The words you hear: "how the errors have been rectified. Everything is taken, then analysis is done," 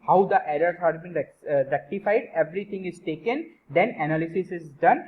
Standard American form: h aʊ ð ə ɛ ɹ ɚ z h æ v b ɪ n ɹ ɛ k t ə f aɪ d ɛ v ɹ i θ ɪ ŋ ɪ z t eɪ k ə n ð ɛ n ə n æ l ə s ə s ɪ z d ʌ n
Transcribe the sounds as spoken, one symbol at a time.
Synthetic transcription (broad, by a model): h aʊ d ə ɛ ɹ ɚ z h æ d b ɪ n ɹ ɛ k t ə f aɪ d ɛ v ɹ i t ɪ ŋ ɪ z t eɪ k ə n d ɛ n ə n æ l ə s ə s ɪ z d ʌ n